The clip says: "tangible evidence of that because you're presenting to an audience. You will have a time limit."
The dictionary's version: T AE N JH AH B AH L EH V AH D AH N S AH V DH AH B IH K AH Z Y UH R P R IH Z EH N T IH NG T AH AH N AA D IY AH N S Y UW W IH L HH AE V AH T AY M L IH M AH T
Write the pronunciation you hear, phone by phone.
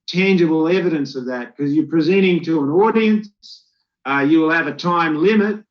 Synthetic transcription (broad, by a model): T AE N JH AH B L EH V AH D AH N S AH V DH AH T K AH Z Y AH R P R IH Z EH T IH NG T AH AH N AA D IY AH N S Y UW W IH L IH V AH T AY M L IH M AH T